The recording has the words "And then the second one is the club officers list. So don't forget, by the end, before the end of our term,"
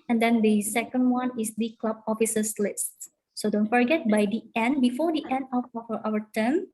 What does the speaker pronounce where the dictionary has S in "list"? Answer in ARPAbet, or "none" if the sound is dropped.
S